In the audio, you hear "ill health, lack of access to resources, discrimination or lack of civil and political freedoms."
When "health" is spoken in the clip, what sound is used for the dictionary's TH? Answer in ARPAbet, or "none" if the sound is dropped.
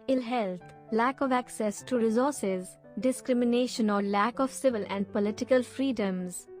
T